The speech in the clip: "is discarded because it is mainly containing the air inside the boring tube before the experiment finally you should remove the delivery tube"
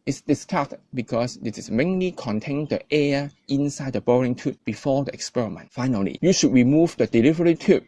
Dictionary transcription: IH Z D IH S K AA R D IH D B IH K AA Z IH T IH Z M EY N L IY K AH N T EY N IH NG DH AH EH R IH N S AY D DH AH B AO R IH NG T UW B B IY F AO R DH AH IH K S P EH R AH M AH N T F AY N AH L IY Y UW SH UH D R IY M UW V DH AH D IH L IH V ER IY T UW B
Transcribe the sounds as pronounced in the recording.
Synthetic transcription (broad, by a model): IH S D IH S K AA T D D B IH K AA S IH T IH S M EY N L IY K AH N T EY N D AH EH IH N S AY D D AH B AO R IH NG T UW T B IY F AO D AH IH K S P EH R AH M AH N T F AY N AH L IY Y UW SH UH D R IY M UW V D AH D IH L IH V ER IY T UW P